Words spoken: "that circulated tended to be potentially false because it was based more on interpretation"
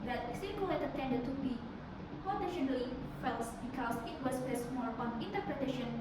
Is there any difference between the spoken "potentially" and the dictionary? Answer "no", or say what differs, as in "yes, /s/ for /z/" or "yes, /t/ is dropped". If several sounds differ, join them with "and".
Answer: yes, /n/ is dropped